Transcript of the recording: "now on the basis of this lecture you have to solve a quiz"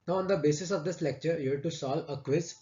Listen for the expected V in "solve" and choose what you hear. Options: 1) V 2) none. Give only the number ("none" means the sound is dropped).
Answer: 2